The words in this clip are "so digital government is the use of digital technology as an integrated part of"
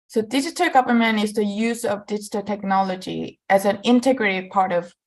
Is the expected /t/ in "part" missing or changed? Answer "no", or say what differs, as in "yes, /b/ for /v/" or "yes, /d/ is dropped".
no